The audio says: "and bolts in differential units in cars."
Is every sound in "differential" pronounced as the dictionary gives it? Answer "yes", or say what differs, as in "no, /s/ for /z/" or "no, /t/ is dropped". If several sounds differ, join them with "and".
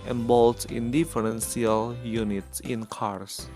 no, /s/ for /ʃ/